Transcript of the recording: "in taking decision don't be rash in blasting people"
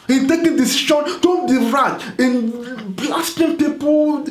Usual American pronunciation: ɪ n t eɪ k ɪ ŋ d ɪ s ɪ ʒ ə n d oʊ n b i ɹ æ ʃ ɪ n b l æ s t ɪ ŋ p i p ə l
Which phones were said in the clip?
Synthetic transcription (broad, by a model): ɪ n t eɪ k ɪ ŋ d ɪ s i ʃ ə n d oʊ n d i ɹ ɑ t ɪ n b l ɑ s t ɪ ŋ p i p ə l